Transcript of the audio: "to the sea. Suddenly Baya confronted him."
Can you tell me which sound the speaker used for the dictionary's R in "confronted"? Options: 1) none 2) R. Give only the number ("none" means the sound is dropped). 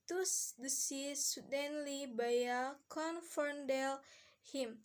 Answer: 1